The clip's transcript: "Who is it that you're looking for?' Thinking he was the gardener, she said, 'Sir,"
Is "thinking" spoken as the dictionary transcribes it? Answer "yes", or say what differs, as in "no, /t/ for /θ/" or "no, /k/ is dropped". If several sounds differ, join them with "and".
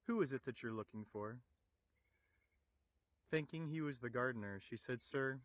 yes